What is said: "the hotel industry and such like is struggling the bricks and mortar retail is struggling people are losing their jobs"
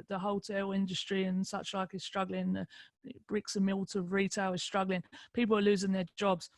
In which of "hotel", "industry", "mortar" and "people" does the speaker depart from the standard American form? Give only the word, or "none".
mortar